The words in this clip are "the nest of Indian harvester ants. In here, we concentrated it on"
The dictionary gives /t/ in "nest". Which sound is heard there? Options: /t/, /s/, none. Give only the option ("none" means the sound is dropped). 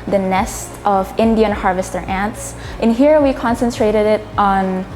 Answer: /t/